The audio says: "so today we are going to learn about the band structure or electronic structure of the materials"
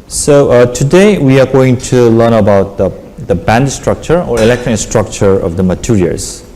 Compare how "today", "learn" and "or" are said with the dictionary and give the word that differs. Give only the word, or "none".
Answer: none